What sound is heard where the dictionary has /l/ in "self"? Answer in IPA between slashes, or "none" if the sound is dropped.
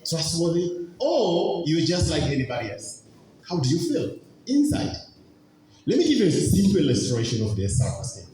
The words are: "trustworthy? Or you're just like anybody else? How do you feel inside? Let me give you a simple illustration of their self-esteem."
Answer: none